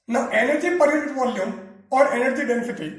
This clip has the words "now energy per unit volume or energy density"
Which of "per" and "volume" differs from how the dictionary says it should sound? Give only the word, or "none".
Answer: none